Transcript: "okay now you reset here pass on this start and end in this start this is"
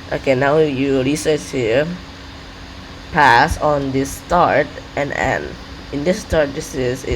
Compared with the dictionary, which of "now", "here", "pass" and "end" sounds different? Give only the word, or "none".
end